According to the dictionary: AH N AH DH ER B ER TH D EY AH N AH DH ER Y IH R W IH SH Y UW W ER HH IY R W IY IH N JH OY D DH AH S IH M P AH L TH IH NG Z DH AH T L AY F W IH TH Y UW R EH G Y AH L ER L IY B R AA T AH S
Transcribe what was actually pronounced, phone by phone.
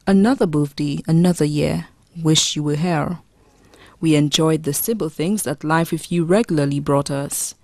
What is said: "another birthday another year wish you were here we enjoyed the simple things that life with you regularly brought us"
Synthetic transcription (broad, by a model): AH N AH DH ER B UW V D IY AH N AH DH ER Y IH R W IH SH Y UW W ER HH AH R W IY IH N JH OY D DH AH S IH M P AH L TH IH NG Z DH AH T L AY F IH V Y UW R EH G Y L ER L IY B R AA T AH S